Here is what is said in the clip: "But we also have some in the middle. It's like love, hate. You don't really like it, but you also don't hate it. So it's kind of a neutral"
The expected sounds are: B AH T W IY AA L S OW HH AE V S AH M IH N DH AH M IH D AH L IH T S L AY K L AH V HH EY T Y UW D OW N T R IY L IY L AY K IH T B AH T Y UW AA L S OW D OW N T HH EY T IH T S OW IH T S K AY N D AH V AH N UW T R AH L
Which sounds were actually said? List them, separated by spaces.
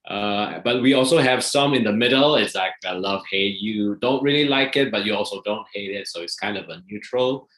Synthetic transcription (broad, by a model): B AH T W IY AA L S OW HH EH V S AH M IH N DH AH M IH D AH L IH T S L AY K L AH V HH EY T Y UW D OW N T R IY L IY L AY K IH T B AH T Y UW AA L S OW D OW N T HH EY T IH T S OW IH T S K AY N D AH V AH N UW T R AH L